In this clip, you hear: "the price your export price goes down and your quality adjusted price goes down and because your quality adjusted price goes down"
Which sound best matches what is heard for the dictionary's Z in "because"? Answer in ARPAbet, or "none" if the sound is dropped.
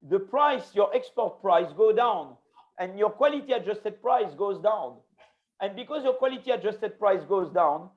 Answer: Z